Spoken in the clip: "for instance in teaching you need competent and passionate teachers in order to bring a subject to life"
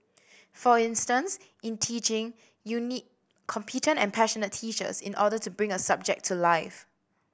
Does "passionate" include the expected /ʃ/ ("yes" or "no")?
yes